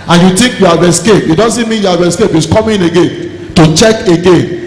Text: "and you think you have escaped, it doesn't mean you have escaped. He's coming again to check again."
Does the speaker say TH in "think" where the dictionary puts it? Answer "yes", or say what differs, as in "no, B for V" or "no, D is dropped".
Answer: no, T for TH